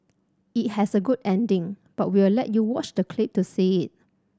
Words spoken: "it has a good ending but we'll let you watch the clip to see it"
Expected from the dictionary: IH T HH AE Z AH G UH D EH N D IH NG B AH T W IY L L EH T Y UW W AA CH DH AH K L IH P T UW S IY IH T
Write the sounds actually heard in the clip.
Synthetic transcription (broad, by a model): IH T HH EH S AH G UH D EH N D IH NG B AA T W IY W L EH T Y UW W AA CH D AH K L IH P T UW S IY IH T